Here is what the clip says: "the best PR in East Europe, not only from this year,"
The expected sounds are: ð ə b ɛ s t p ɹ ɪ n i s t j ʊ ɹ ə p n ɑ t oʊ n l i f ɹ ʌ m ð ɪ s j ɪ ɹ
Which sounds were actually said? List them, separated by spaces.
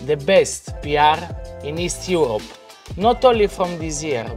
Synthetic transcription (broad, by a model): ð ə b ɛ s t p ɹ ɪ n i s t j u ɹ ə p n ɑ t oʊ l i f ɹ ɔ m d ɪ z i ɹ